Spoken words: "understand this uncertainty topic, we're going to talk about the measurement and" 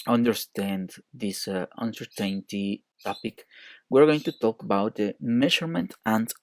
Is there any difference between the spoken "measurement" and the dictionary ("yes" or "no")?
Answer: yes